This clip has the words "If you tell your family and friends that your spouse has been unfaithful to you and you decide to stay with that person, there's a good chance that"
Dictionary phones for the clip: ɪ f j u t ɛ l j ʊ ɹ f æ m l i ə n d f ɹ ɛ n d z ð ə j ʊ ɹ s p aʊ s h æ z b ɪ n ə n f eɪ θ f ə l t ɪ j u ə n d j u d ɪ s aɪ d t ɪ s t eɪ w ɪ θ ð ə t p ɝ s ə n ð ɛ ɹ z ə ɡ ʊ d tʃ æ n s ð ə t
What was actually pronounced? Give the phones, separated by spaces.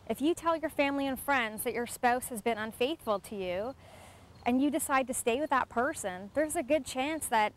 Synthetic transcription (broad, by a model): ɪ f j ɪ t ɛ l j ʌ ɹ f æ m l i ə n f ɹ ɛ n d z ð ə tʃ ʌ ɹ s p aʊ s h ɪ z b ɪ n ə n f eɪ θ f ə l t ɪ j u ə n j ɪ d ɪ s aɪ d t ɪ s t eɪ w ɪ ð ə t p ɝ s ə n ð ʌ ɹ z ə ɡ ʊ d tʃ æ n s ð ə t